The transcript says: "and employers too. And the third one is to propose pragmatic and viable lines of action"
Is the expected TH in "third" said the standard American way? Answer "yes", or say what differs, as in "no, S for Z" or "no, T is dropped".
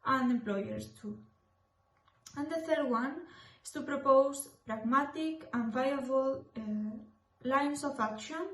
yes